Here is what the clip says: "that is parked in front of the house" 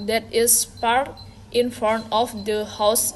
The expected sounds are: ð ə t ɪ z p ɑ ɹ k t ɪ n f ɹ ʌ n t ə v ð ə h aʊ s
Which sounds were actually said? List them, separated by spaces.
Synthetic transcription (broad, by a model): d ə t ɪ s p ɑ ɹ t ɪ n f ʌ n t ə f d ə h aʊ s